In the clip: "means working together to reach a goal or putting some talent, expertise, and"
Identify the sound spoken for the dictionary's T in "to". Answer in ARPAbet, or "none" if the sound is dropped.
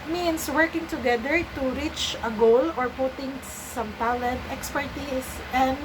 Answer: T